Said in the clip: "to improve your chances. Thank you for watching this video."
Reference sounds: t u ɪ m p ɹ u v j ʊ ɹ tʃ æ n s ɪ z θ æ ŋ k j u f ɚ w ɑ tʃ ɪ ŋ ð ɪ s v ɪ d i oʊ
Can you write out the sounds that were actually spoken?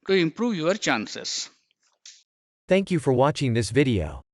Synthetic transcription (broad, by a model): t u ɪ m p ɹ u v j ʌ ɹ tʃ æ n s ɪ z θ æ ŋ k j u f ɚ w ɑ tʃ ɪ ŋ ð ɪ s v ɪ d i oʊ